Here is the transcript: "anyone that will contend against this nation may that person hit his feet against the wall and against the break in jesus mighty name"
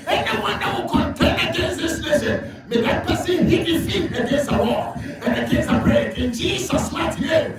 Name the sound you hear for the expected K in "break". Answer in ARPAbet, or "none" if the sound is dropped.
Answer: none